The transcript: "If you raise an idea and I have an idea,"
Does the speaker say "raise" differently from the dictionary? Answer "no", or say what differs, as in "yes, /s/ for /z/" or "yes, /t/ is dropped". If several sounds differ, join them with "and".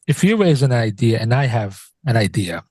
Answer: no